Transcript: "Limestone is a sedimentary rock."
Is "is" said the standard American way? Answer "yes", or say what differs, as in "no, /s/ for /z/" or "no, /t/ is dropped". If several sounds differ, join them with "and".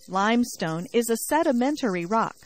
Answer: yes